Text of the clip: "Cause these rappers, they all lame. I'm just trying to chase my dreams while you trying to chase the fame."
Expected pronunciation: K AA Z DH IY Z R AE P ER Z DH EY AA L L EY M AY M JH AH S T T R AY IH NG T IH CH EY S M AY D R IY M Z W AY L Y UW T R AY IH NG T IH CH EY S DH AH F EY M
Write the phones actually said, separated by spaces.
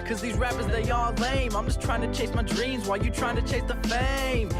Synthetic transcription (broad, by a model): K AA Z DH IY Z R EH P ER Z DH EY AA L L EY M AY M JH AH S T T R AY IH NG T IH CH EY S M AY D R IY M Z W AY L Y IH T R AY IH NG T IH CH EY S DH AH F EY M